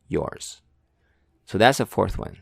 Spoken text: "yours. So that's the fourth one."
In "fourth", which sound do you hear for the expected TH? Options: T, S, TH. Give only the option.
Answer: TH